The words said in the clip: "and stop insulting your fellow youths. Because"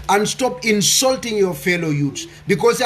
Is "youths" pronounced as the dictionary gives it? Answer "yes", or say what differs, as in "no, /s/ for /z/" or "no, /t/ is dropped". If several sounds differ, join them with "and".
no, /t/ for /θ/